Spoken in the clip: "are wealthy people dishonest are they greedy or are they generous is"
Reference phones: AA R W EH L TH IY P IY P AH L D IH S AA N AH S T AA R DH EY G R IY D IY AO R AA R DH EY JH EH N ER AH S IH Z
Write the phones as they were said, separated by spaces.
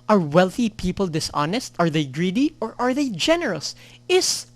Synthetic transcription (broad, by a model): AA R W EH L TH IY P IY P AH L D IH S AA N AH S T AA R DH EY G R IY D IY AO R AA R DH EY JH EH N ER AH S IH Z